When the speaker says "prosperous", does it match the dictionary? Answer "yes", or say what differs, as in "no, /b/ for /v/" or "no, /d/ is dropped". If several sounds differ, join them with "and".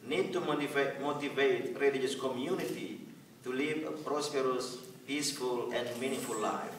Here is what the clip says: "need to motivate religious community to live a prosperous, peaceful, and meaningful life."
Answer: yes